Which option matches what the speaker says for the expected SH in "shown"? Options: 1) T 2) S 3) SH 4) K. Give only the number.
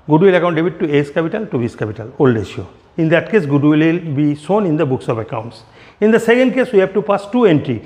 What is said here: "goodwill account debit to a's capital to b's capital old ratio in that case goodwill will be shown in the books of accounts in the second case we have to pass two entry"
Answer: 2